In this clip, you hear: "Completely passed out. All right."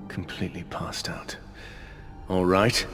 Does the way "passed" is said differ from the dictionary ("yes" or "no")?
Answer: no